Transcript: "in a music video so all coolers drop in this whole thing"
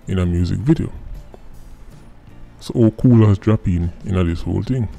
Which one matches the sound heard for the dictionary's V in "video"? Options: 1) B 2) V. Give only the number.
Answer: 2